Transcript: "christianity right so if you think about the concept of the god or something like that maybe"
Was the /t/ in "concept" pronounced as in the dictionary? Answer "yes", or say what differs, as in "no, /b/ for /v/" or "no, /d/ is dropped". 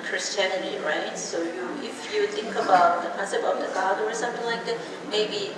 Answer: no, /t/ is dropped